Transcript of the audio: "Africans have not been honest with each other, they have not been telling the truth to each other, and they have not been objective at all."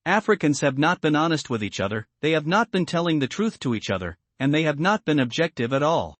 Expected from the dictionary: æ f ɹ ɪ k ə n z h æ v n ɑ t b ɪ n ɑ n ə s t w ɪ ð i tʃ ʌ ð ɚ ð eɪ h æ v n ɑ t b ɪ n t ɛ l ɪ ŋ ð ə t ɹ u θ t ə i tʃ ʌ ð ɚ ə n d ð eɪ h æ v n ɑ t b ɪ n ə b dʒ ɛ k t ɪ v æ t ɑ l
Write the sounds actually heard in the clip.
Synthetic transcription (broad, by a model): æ f ɹ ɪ k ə n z h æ v n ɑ t b ɪ n ɑ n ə s t w ɪ ð i tʃ ʌ ð ɚ ð eɪ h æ v n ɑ t b ɪ n t ɛ l ɪ ŋ ð ə t ɹ u θ t ə i tʃ ʌ ð ɚ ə n ð eɪ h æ v n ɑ t b ɪ n ə b dʒ ɛ k t ɪ v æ t ɑ l